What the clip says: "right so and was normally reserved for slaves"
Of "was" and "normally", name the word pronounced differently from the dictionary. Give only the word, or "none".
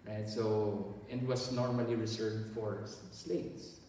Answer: was